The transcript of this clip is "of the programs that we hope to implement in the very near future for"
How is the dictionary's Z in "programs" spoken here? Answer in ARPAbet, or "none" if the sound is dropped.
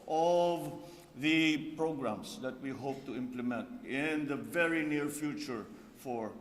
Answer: S